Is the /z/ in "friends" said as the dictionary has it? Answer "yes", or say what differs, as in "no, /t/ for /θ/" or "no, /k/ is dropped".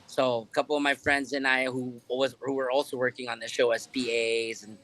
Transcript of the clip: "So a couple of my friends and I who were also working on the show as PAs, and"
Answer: yes